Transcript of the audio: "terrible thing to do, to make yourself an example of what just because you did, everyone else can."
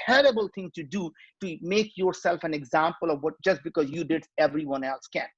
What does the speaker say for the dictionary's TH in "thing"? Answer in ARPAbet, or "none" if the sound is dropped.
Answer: T